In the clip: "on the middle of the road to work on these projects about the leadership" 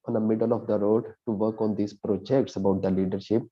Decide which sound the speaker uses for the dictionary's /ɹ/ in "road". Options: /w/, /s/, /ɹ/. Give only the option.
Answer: /ɹ/